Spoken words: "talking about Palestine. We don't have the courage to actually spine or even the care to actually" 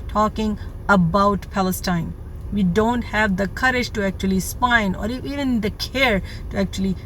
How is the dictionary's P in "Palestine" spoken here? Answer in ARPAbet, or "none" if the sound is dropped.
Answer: P